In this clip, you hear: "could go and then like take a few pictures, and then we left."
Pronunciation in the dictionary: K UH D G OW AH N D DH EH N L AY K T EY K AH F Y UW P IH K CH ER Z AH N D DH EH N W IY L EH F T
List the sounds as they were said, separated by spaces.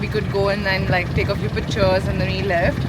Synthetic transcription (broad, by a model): K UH D G OW AH N D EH N L AY K T EY K AH F Y UW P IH CH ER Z AH N D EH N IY L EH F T